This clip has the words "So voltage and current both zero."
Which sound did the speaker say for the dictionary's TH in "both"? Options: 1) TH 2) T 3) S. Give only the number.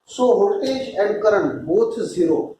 2